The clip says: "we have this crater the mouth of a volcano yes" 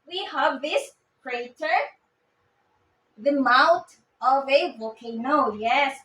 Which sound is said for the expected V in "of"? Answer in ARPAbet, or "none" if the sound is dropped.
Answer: V